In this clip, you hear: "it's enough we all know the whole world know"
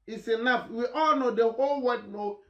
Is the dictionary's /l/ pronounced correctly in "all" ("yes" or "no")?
yes